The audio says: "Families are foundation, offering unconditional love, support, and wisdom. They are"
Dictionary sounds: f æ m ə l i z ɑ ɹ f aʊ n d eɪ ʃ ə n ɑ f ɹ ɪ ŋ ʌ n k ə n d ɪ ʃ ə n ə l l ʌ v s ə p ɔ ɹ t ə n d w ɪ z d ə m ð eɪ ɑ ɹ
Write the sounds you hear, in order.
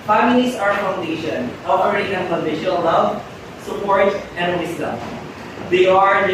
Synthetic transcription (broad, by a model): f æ m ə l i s ɑ ɹ f aʊ n d eɪ ʃ ə n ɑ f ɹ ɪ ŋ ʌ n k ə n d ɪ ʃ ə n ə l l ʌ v s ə p ɔ ɹ t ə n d w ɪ s d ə m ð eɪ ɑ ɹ